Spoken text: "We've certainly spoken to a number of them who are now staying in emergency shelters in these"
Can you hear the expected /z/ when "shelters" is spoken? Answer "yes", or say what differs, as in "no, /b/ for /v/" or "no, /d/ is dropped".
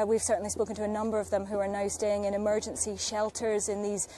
yes